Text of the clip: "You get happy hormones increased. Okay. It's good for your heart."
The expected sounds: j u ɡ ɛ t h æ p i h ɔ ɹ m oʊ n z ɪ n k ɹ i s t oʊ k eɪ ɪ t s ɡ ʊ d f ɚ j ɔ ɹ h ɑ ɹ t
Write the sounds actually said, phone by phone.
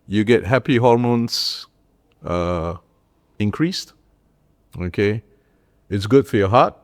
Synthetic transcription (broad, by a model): j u ɡ ɛ t h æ p i h ɔ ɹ m oʊ n s ɪ n k ɹ i s t oʊ k eɪ ɪ t s ɡ ʊ d f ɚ j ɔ h ɑ t